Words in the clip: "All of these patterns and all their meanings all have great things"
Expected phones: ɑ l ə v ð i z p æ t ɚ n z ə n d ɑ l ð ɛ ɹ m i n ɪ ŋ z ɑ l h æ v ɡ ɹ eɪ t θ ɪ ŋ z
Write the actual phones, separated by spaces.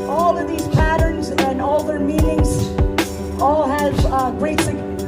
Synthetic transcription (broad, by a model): ɑ l ə v ð i z p æ t ɚ n z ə n ɑ l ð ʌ ɹ m i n ɪ ŋ z ɑ l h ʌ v ɡ ɹ eɪ t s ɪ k